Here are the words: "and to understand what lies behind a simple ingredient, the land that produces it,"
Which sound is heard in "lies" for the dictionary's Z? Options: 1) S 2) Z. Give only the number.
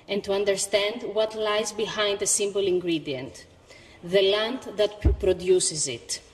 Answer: 2